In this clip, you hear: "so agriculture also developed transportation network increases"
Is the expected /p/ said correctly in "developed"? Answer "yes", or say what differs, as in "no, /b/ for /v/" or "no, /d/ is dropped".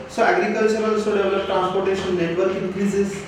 no, /p/ is dropped